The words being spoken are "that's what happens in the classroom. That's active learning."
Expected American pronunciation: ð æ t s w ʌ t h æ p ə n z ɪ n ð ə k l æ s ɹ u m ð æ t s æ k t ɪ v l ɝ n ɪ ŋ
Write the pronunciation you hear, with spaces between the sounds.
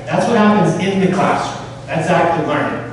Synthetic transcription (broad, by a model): ð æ t s w ʌ t h æ p ə n z ɪ n ð ə k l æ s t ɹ ð æ t s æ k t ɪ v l ɝ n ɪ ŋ